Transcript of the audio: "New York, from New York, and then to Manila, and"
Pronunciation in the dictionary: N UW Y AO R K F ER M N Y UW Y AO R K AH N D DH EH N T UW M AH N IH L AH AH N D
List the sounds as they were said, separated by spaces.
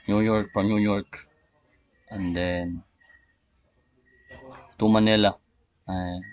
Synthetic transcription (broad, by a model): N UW Y AO R K P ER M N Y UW Y AO R K AH N D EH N T UW M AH N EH L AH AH